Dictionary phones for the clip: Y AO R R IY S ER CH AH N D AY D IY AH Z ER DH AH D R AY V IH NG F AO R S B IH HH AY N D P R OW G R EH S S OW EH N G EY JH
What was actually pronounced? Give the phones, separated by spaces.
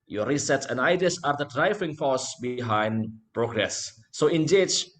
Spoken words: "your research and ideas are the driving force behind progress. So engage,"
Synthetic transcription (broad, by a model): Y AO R R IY S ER S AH N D AY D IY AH S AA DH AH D R AY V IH NG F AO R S B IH HH AY N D P R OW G R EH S S OW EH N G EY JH